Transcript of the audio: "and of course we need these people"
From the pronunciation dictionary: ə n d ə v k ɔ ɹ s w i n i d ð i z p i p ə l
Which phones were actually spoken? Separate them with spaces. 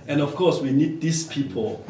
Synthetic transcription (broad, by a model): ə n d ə f k ɔ s w i n i d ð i s p i p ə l